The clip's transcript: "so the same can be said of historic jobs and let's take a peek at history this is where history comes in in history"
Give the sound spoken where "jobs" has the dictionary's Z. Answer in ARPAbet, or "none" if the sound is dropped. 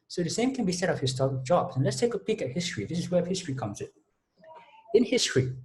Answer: none